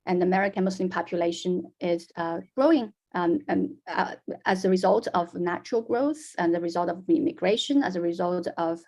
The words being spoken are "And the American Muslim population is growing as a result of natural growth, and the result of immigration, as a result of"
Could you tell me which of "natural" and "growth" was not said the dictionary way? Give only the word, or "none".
none